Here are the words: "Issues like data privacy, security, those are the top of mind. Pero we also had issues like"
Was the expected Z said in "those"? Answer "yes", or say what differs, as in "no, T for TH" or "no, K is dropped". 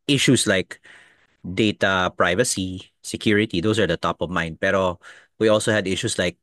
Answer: no, S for Z